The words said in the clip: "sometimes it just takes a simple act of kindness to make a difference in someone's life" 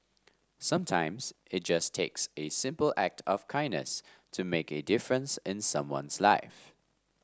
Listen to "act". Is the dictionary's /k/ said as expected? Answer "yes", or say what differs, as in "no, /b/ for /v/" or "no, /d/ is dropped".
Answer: yes